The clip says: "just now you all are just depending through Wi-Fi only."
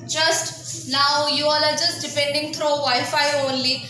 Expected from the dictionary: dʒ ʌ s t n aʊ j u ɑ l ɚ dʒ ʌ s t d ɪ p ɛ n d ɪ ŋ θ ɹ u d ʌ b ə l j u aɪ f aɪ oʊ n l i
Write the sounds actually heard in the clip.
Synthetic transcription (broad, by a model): dʒ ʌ s t n aʊ j u ɑ l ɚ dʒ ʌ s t d ɪ p ɛ n d ɪ ŋ t ɹ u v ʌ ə j f aɪ oʊ n l i